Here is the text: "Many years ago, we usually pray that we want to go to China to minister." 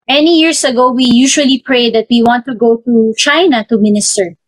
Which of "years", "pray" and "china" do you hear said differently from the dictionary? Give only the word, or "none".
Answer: years